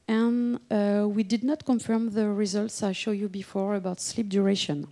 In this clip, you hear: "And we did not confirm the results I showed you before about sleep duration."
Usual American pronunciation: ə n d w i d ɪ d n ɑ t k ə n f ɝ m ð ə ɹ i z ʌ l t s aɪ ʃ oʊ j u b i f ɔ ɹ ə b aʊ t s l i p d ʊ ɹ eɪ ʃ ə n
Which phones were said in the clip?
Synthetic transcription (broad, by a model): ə n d w i d ɪ d n ɑ t k ə n f ɝ m ð ə ɹ i z ʌ l t s aɪ ʃ oʊ j u b i f ɔ ɹ ə b aʊ t s l i p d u ɹ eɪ ʃ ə n